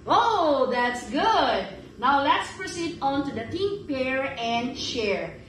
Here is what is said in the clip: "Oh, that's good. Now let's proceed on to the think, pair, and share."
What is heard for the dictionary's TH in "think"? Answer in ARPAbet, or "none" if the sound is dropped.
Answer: T